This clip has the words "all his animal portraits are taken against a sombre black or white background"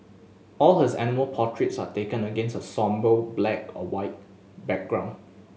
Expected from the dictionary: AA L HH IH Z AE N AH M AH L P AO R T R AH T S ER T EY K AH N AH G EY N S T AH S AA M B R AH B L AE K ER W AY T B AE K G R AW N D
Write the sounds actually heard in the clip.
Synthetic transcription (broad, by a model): AA L HH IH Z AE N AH M AH L P AO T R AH T S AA T EY K AH N AH G EY N S T AH S AA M B AH B L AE K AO W AY T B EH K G R AW N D